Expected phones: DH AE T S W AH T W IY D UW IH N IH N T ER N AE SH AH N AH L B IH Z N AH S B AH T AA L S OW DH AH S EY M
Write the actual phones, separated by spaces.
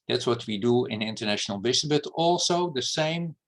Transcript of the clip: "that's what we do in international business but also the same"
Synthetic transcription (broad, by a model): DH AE T S W AH T W IY D UW IH N IH N T ER N AE SH AH N AH L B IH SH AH B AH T AA L S OW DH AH S EY M